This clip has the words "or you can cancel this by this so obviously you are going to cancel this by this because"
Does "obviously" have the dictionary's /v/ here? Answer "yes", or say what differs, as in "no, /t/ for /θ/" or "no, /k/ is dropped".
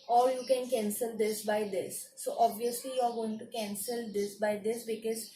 yes